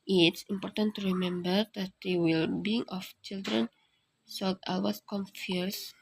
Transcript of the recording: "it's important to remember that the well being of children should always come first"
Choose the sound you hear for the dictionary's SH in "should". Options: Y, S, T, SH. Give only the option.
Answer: S